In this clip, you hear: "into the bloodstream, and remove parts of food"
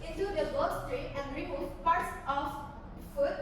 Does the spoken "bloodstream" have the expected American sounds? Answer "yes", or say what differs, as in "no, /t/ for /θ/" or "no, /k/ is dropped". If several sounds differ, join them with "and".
no, /l/ is dropped and /m/ is dropped